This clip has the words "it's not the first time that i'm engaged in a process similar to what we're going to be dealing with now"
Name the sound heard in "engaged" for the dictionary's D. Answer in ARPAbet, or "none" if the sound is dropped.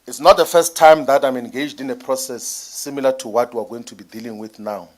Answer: D